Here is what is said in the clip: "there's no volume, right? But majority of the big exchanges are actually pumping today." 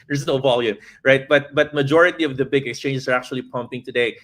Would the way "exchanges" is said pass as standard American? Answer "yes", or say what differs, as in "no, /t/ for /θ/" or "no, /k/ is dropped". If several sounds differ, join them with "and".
no, /s/ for /z/